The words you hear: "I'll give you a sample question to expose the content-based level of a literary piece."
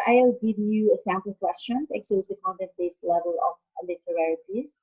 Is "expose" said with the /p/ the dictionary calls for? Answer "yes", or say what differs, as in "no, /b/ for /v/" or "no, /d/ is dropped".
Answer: no, /p/ is dropped